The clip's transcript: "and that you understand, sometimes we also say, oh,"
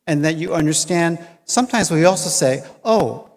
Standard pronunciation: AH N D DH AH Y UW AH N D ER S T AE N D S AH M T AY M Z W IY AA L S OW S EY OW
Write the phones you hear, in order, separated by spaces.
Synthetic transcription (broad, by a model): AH N DH AH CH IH AH N D ER S T AE N D S AH M T AY M Z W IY AA L S OW S EY OW